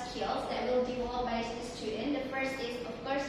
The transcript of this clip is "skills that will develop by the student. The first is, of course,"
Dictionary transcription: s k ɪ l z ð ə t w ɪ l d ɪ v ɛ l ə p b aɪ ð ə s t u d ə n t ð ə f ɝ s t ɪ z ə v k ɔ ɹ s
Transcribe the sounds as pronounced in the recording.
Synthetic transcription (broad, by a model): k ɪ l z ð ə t w ɪ l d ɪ ɔ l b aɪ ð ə s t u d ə n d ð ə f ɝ s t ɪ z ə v k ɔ ɹ s